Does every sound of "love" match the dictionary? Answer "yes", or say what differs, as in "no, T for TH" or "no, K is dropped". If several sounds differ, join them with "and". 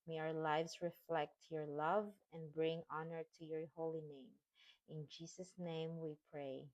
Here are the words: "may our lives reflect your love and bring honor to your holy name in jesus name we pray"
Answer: yes